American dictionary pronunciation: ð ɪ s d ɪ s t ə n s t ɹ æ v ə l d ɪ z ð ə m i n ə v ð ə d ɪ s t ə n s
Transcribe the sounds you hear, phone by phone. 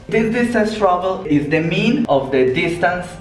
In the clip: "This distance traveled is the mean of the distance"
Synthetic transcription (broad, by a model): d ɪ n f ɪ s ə s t ɹ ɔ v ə l ɪ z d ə m i n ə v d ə d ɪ s t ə n s